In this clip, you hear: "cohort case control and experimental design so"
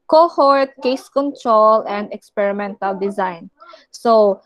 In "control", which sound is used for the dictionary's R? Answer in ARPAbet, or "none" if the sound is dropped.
R